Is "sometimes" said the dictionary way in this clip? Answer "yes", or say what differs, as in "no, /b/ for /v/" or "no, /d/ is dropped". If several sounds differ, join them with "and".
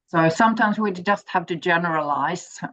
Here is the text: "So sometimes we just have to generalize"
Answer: yes